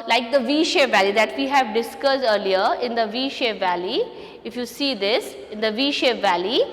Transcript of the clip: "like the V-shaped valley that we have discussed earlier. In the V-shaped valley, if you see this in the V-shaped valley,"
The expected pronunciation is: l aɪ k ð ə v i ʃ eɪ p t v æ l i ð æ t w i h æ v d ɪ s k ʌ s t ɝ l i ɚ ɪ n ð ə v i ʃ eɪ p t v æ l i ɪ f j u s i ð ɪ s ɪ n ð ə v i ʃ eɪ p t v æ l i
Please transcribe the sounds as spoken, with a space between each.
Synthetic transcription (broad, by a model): l aɪ k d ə v i ʃ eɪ v æ l i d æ t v i h æ v d ɪ s k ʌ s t ɝ l i ɚ ɪ n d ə v i ʃ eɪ v æ l i ɪ f j u s i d ɪ s ɪ n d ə v i ʃ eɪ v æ l i